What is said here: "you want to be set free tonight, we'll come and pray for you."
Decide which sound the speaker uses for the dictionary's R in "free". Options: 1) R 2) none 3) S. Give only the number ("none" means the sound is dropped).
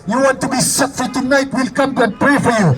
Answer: 2